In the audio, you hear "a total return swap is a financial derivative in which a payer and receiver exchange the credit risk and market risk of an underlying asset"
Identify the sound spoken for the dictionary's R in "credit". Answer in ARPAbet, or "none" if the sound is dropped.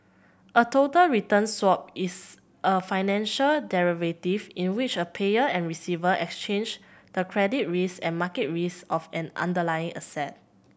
R